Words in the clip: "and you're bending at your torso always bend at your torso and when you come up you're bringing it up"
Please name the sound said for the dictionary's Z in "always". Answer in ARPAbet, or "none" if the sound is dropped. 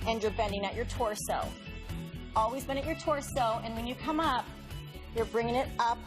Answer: Z